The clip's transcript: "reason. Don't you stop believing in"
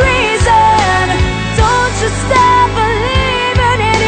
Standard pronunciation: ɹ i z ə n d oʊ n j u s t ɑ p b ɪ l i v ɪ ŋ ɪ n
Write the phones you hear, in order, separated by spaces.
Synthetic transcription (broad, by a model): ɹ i z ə n d oʊ n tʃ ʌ s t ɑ f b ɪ l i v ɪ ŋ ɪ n